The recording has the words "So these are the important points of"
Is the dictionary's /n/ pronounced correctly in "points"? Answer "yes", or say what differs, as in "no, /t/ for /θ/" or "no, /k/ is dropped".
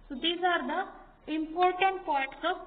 no, /n/ is dropped